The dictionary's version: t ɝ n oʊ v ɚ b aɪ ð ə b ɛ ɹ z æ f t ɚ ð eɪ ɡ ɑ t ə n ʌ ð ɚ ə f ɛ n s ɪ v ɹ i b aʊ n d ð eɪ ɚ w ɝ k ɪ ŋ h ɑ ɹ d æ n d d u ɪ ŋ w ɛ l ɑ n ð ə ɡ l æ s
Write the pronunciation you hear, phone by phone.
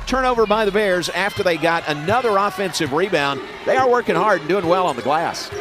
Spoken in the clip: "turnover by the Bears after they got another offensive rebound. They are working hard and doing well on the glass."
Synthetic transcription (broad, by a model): t ɝ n oʊ v ɚ b aɪ ð ə b ɛ ɹ z æ f t ɚ ð eɪ ɡ ɑ t ə n ʌ ð ɚ ə f ɛ n s ɪ v ɹ i b aʊ n ð eɪ ɚ w ɝ k ɪ ŋ h ɑ ɹ d n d d u ɪ ŋ w ɛ l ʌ n ð ə ɡ l æ s